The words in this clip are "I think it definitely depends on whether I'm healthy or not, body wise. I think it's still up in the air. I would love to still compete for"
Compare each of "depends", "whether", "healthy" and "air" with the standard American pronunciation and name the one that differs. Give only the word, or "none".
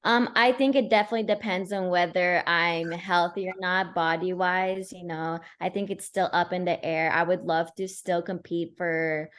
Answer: none